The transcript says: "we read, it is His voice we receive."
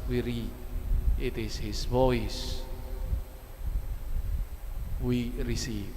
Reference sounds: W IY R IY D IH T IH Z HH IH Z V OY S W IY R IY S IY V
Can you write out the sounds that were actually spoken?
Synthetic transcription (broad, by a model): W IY R IY IH T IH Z HH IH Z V OY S W IY R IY S IY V